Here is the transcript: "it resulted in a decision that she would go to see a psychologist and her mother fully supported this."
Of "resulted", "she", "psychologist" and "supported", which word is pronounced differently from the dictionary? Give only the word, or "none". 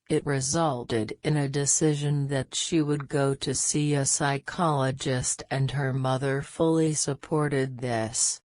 none